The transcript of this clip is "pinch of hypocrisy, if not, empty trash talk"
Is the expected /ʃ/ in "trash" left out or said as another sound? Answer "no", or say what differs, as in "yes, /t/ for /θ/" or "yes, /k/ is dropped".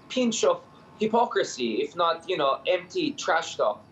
no